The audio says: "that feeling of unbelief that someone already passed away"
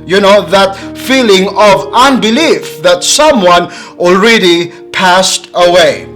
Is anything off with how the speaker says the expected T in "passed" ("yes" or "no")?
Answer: no